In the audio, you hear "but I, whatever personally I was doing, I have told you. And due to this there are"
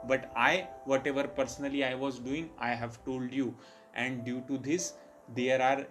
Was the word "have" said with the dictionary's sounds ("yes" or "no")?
yes